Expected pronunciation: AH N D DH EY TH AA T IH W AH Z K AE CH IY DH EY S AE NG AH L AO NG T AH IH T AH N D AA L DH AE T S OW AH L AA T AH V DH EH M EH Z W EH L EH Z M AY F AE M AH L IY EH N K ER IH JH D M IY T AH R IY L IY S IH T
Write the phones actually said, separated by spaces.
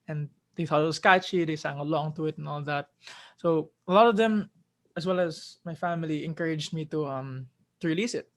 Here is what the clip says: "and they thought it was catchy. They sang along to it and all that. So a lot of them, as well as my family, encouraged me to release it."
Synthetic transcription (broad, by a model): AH N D EY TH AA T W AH S K AE CH IY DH EY S AE NG AH L AO NG T AH IH T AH N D AA L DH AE T S OW AH L AA T AH V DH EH M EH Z W EH L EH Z M AY F AE M AH L IY EH N K ER IH JH D M IY T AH R IY L IY S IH T